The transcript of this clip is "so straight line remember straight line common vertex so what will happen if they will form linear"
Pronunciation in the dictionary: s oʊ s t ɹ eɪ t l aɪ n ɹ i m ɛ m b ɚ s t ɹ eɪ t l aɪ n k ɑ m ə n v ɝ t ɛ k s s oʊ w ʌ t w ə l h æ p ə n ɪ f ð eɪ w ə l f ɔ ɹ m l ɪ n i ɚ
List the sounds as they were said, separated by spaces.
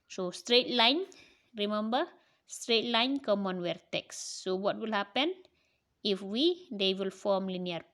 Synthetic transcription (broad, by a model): s oʊ s t ɹ eɪ t l aɪ n ɹ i m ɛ m b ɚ s t ɹ eɪ t l aɪ n k ɑ m ə n w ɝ t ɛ k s s oʊ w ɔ t w ə l h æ p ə n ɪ f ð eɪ w ə l f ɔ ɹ m l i n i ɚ